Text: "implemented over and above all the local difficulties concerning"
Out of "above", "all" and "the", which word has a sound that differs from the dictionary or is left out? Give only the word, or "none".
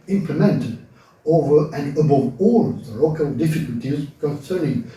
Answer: none